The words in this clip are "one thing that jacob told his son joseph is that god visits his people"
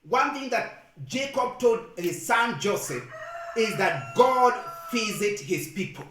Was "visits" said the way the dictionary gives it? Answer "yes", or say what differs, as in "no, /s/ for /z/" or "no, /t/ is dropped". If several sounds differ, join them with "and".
no, /f/ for /v/ and /s/ is dropped